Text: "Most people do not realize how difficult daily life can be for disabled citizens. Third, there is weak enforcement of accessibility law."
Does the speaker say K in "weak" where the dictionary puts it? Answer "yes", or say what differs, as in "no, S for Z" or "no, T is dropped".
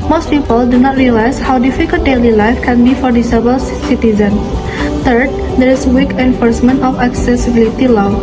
yes